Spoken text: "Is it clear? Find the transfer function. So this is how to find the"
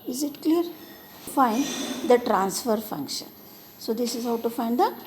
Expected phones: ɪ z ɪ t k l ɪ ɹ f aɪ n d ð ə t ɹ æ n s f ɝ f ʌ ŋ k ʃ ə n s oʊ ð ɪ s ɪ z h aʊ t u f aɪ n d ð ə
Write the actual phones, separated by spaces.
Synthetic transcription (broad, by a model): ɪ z ɪ t k l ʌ ɹ f aɪ n d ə t ɹ æ n s f ɝ f ʌ ŋ k ʃ ə n s oʊ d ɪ s ɪ z h aʊ t u f aɪ n d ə